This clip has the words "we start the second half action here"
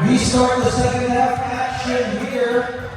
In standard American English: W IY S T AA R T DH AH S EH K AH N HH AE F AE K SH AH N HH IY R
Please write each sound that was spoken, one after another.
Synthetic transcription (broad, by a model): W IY S T AA R T DH AH S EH AH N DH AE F AE K SH AH N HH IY R